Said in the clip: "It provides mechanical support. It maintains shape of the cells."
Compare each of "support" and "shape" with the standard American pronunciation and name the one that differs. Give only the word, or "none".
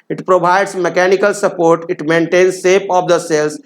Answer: shape